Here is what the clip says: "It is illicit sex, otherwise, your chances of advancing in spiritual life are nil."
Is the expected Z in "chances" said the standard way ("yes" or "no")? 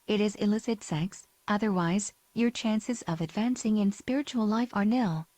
yes